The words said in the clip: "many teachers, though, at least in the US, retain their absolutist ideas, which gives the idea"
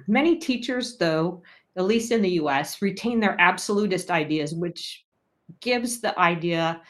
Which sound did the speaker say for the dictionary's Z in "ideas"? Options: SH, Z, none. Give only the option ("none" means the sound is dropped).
Z